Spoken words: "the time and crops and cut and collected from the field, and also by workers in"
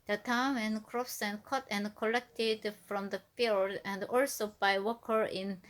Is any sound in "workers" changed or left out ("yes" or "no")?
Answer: yes